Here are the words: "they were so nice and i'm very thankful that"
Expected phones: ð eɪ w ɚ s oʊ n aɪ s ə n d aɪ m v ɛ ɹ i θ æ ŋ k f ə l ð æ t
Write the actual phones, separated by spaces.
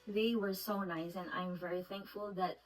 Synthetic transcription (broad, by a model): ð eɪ w ɚ s oʊ n aɪ s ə n aɪ m v ɛ ɹ i θ æ ŋ k f ə l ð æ t